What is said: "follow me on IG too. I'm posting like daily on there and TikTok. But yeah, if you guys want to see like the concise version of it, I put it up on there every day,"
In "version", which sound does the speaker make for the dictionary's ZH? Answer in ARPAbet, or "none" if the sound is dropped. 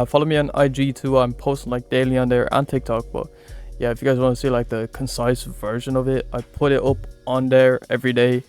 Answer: ZH